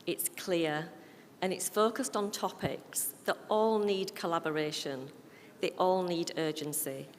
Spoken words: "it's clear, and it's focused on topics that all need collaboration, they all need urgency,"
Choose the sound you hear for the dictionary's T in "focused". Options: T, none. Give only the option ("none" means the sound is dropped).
T